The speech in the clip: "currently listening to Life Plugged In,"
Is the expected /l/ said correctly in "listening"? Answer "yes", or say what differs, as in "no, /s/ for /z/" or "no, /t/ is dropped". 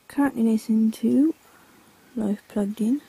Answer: no, /n/ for /l/